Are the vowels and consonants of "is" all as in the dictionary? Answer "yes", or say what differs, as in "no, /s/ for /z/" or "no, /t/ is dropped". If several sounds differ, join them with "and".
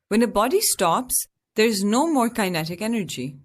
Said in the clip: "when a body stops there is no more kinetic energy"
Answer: yes